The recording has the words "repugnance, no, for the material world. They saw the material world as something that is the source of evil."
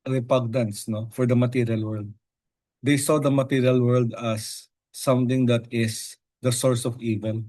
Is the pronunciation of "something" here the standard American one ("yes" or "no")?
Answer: no